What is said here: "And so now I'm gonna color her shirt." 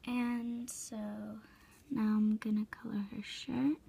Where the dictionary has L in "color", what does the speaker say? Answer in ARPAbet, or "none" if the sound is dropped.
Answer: L